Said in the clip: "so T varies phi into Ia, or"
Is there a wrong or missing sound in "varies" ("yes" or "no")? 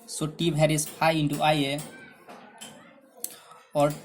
yes